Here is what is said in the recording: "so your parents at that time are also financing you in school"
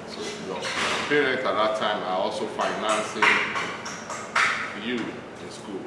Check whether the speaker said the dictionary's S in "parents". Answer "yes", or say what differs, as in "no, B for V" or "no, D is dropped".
no, S is dropped